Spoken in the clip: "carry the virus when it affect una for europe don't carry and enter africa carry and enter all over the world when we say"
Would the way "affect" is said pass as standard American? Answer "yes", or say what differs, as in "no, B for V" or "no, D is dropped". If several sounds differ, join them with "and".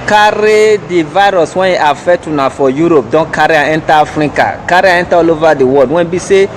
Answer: no, K is dropped